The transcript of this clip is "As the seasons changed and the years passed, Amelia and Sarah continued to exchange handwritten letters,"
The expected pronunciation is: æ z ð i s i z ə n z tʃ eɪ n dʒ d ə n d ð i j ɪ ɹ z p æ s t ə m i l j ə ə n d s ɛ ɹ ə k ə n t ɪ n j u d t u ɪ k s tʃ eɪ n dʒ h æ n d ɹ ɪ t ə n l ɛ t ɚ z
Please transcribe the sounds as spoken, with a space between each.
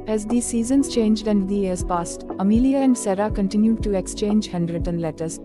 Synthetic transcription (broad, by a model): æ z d i s i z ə n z tʃ eɪ n dʒ d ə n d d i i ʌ ɹ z p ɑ s t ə m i l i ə ə n d s ɛ ɹ ə k ə n t ɪ n j u d t u ɪ k s tʃ eɪ n dʒ h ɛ n d ɹ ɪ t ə n l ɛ t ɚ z